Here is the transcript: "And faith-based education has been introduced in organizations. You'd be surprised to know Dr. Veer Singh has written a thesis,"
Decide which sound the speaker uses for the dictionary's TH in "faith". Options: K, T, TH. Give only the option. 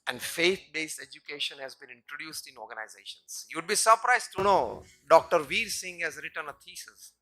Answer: T